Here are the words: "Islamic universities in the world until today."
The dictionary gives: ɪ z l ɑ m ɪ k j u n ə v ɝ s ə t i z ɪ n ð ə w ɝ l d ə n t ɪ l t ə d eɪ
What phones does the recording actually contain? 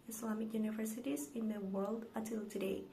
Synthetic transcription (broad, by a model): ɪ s l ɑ m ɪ k j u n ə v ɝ s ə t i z ɪ n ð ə w ɝ l d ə t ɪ l t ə d eɪ